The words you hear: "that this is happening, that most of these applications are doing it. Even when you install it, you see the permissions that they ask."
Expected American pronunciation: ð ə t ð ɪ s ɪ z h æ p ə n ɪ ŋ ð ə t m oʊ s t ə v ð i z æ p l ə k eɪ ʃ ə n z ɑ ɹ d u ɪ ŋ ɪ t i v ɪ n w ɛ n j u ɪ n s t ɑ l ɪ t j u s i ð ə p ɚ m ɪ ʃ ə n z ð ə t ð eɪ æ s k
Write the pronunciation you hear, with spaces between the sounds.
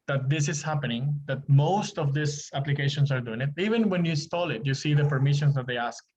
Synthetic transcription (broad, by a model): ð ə t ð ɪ s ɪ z h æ p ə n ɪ ŋ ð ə t m oʊ s t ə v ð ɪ s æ p l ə k eɪ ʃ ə n s ɑ ɹ d u ɪ ŋ ɪ t i v ɪ n w ɛ n j u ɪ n s t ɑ l ɪ t j u s i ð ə p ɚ m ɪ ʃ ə n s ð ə t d eɪ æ s k